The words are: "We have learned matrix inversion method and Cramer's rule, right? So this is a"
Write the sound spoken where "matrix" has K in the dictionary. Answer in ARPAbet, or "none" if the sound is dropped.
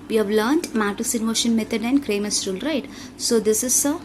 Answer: none